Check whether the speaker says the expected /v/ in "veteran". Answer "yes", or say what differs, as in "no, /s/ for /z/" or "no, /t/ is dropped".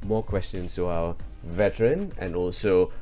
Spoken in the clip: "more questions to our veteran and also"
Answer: yes